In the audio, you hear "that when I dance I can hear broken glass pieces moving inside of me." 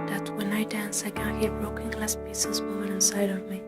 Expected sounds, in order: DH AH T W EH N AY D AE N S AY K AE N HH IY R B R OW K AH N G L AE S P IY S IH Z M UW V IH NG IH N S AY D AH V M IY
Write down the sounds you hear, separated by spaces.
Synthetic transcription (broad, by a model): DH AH T W EH N AY D AE N S AY K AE N HH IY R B R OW K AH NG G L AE S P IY S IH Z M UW IH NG IH N S AY D AH V M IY